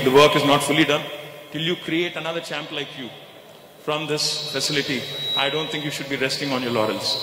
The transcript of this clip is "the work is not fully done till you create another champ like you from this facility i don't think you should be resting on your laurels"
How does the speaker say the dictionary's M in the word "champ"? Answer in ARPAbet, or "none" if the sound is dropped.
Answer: M